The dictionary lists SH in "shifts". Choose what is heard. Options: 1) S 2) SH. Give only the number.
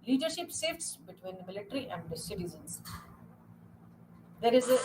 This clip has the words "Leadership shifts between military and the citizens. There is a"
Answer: 1